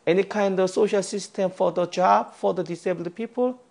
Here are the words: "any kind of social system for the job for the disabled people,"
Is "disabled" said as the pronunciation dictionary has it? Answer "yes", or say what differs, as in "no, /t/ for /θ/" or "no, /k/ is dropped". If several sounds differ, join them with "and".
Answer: no, /l/ is dropped